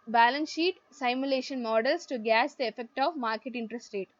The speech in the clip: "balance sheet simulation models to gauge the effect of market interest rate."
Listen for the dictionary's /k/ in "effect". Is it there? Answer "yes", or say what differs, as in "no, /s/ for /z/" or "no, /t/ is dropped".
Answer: yes